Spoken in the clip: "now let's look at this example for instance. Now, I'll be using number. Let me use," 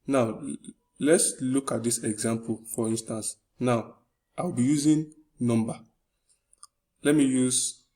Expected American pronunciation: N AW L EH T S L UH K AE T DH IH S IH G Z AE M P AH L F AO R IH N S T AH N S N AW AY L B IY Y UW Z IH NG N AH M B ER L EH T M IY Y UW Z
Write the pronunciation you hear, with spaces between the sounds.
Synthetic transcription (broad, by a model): N AW L EH T S L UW K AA T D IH S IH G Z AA M P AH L F AO R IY N S T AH N S N AW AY W B IY Y UW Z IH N N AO M B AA L EH T M IY Y UW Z